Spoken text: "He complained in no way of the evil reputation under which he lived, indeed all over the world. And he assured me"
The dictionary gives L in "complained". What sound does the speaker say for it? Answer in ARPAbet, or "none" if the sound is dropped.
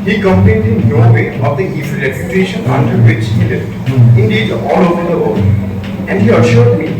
none